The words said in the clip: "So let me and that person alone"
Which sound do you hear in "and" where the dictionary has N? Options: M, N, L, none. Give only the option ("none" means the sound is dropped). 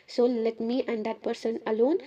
N